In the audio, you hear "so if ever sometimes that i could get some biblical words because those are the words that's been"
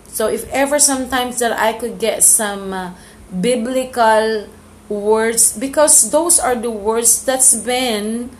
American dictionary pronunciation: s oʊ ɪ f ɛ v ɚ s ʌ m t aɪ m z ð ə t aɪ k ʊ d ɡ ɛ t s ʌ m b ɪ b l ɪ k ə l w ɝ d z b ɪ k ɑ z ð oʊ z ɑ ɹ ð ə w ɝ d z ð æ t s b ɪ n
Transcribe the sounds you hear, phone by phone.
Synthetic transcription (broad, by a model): s oʊ ɪ f ɛ v ɚ s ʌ m t aɪ m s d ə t aɪ k ʊ d ɡ ɛ t s ʌ m b ɪ b l ɪ k ə l w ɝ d s b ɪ k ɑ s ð oʊ s ɑ ɹ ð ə w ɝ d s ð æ t s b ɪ n